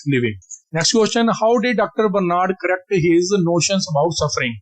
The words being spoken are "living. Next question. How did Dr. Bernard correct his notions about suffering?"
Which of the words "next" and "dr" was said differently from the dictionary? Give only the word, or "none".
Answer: none